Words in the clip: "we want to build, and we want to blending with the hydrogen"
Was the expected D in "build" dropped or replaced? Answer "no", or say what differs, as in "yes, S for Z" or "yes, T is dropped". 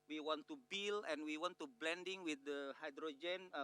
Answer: yes, D is dropped